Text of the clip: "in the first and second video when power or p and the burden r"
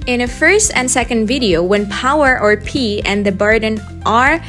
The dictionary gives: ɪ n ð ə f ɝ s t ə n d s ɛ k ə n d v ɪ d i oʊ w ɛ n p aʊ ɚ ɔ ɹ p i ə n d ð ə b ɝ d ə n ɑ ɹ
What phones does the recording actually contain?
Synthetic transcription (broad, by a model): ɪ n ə f ɝ s t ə n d s ɛ k ə n d v ɪ d i oʊ w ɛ n p aʊ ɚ ɔ ɹ p i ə n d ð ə b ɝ d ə n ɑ ɹ